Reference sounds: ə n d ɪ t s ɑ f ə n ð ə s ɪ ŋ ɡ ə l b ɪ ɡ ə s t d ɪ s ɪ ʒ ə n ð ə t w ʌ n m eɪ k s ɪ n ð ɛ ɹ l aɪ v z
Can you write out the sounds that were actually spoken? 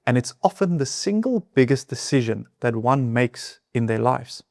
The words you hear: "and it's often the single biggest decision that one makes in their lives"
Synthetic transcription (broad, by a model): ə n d ɪ t s ɑ f ə n ð ə s ɪ ŋ ɡ ə l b ɪ ɡ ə s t d ɪ s ɪ ʒ ə n ð ə t w ʌ n m eɪ k s ɪ n ð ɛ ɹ l aɪ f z